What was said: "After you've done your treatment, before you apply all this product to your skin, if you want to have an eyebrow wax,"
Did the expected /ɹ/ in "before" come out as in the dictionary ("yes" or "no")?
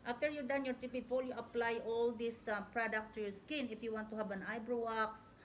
no